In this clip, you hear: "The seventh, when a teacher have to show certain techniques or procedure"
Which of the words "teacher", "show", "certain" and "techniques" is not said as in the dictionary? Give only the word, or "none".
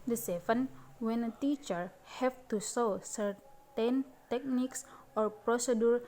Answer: show